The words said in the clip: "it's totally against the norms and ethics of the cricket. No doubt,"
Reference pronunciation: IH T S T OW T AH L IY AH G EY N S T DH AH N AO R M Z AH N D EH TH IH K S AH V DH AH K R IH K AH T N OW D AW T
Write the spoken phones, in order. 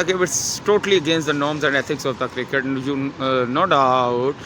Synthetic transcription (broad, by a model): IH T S T OW T AH L IY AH G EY N S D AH N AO R M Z AH N D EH T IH K S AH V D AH K R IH K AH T N OW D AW T